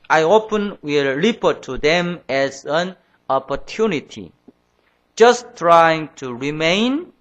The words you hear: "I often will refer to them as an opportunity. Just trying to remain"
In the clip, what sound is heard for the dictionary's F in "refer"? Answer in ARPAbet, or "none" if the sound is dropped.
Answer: P